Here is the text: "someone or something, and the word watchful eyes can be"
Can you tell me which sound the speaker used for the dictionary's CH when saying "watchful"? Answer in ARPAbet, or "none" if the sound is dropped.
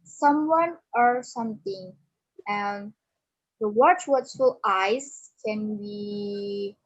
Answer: S